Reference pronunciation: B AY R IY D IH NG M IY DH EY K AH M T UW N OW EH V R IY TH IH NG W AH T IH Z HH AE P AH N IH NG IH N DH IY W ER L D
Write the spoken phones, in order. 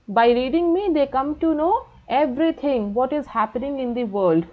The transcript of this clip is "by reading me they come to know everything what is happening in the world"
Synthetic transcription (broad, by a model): B AY R IY D IH NG M IY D EY K AH M T UW N OW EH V R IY T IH NG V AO T IH Z HH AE P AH N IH NG IH N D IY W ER L D